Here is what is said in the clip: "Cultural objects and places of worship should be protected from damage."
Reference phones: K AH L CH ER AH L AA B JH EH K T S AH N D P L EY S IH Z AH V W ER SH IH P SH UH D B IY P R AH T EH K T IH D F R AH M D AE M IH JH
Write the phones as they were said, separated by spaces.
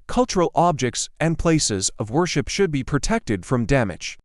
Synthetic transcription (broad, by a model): K AH L CH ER L AA B JH EH K T S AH N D P L EY S IH Z AH V W ER SH IH P SH UH D B IY P R AH T EH K T IH D F R AH M D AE M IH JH